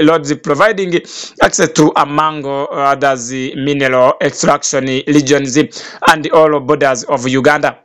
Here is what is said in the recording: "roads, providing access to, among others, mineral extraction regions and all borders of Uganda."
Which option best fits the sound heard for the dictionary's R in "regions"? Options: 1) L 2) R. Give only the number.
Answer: 1